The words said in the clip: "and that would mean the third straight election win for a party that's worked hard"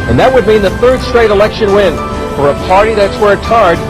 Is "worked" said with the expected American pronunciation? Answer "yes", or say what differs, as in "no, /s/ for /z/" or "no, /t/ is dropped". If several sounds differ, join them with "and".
no, /k/ is dropped